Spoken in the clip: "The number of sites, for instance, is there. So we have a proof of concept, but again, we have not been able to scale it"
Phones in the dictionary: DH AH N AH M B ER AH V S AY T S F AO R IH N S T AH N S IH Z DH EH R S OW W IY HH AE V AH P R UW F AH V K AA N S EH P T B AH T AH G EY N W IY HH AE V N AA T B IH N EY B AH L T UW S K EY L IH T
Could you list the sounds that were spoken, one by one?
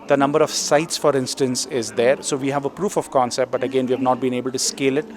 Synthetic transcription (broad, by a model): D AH N AH M B ER AH V S AY T S F AO R IH N S T AH N S IH Z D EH R S OW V IY HH AE V AH P R UW F AH V K AA N S EH P T B AH T AH G EY N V IY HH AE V N AA T B IH N EY B AH L T UW S K EY L IH T